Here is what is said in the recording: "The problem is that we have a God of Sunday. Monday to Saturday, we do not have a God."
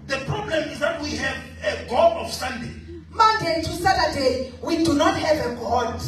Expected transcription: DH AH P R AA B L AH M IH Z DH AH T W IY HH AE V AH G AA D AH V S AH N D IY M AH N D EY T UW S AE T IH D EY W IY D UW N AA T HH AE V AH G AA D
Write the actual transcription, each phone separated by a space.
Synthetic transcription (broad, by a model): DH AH P R AA B L AH M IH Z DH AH T W IY HH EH V AH G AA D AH F S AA N D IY M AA D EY T UW S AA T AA D EY W IY D UW N AA T HH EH V AH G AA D